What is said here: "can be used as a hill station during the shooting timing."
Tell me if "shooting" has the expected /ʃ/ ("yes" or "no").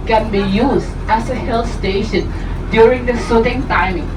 no